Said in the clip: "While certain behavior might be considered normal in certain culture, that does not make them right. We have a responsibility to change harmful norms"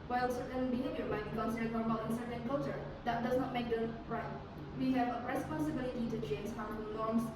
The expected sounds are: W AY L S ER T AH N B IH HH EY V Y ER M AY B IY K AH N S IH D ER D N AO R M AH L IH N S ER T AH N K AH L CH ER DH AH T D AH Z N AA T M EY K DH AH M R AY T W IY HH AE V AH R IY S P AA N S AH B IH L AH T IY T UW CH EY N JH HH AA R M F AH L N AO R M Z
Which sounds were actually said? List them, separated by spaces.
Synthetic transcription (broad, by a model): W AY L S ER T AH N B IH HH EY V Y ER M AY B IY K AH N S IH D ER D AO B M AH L IH N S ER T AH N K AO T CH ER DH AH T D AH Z N AA T M EY K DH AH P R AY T W IY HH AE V AH R IY S P AA N S AH B IH L AH T IY T UW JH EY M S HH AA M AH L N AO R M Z